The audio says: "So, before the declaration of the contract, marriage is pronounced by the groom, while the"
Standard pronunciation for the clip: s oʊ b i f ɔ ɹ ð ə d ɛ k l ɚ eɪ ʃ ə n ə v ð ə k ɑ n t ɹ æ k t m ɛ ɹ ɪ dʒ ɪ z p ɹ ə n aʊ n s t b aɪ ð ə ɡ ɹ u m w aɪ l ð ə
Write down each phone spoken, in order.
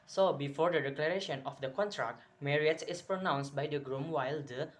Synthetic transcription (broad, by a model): s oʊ b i f ɔ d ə d ɛ k l ɚ eɪ ʃ ə n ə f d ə k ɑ n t ɹ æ k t m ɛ ɹ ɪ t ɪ s p ɹ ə n aʊ n s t b aɪ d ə ɡ ɹ u m w aɪ l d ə